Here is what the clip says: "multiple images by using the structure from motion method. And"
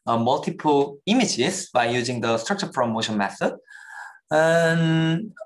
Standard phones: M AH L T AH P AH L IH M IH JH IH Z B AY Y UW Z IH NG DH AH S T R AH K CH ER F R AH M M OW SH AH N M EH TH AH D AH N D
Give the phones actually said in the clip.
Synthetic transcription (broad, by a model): M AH L T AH P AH L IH M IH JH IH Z B AY Y UW Z IH NG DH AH S T R AH K CH ER P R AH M M OW SH AH N M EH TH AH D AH N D